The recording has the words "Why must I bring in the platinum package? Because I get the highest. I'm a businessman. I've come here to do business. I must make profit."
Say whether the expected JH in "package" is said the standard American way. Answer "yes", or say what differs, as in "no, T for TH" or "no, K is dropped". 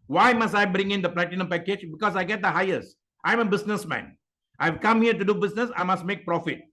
yes